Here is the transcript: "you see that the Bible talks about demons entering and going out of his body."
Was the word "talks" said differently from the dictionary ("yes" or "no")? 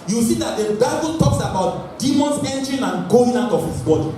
no